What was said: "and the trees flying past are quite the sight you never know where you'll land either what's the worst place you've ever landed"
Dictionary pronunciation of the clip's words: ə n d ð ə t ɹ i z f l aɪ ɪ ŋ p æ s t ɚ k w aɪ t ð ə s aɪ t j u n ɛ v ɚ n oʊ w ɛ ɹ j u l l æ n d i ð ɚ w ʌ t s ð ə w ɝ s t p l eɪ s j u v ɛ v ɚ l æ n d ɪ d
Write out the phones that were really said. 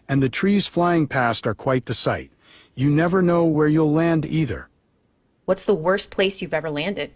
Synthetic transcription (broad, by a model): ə n ð ə t ɹ i z f l aɪ ɪ ŋ p æ s t ɚ k w aɪ t ð ə s aɪ t j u n ɛ v ɚ n oʊ w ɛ ɹ j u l l æ n d i ð ɚ w ʌ t s ð ə w ɝ s p l eɪ s j u v ɛ v ɚ l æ n d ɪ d